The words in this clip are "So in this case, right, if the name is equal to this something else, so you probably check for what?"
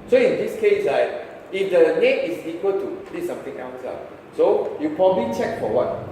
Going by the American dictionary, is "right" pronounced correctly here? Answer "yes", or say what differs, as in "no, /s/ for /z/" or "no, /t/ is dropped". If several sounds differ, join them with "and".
no, /l/ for /ɹ/